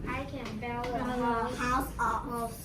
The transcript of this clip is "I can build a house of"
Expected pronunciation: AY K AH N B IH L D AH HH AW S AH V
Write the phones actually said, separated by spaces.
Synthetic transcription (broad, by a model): AY K AH N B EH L AH HH AW S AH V